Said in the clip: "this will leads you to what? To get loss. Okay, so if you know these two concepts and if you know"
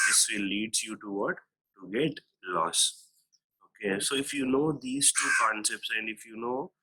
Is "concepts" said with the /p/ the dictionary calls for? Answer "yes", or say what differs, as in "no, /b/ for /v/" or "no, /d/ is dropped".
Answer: yes